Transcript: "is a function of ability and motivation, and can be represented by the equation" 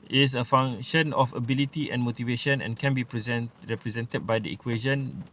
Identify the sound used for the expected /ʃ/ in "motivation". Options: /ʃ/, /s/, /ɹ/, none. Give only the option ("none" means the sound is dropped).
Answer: /ʃ/